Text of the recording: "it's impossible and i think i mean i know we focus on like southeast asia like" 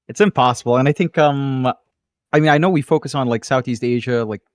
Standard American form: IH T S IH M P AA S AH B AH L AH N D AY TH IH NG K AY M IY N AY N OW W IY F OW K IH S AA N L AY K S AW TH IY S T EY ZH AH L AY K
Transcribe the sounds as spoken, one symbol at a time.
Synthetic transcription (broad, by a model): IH T S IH M P AA S AH B L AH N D AY TH IH NG K AY M IY N AY N OW W IY F OW K IH S N L AY K S AW TH IY S T EY ZH AH L AY K